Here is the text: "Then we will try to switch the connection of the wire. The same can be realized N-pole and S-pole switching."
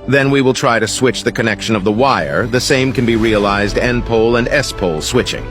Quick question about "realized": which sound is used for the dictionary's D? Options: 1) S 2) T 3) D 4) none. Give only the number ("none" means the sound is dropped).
3